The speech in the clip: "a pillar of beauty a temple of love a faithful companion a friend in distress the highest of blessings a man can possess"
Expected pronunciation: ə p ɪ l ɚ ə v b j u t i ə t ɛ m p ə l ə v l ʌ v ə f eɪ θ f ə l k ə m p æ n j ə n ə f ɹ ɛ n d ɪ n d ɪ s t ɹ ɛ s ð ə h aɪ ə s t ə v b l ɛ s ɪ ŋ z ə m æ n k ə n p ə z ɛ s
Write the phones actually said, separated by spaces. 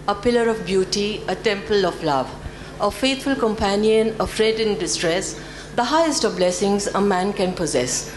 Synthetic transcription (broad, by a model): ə p ɪ l ɚ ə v b j u t i ə t ɛ m p ə l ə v l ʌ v ə f eɪ t f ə l k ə m p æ n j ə n ə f ɹ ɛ d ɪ n d ɪ s t ɹ ɛ s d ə h aɪ ə s t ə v b l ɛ s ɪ ŋ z ə m æ n k ə n p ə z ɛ s